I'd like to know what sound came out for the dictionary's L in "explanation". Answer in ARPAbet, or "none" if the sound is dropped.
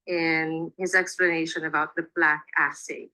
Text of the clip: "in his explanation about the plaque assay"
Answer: L